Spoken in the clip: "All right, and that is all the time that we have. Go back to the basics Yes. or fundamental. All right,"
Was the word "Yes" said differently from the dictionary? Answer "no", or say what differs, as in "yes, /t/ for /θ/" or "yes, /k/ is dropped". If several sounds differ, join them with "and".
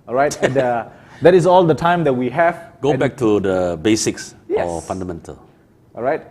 yes, /s/ is dropped